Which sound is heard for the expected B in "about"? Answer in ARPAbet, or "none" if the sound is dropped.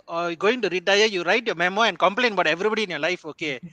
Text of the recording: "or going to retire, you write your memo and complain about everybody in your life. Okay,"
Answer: none